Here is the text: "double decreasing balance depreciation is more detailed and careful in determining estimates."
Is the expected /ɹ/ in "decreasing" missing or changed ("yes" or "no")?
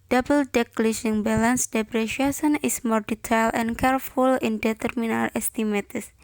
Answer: yes